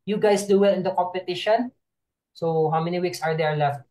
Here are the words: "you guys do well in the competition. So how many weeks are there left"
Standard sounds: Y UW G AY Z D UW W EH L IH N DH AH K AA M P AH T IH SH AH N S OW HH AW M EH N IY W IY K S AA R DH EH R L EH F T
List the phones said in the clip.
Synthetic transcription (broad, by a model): Y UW G AY S D UW W EH L IH N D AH K AA M P AH T IH SH AH N S OW HH AW M EH N IY W IY K S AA R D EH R L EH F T